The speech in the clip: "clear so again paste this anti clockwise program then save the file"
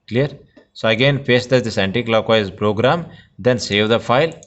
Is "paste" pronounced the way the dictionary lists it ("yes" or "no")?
no